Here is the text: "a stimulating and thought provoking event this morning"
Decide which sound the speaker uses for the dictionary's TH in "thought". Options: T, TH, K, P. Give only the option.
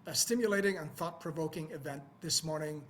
TH